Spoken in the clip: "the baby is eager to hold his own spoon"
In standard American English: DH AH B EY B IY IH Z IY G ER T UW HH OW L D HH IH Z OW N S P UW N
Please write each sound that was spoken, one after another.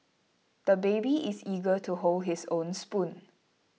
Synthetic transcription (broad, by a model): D AH B EY B IY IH S IY G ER T UW HH OW L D HH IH S OW N S P UW N